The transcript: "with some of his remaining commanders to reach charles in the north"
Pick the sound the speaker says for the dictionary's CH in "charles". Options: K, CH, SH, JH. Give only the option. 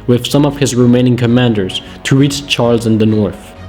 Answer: CH